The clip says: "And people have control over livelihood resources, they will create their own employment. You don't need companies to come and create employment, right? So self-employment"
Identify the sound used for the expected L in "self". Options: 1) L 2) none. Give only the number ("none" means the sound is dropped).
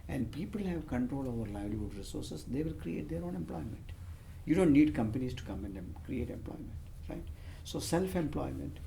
1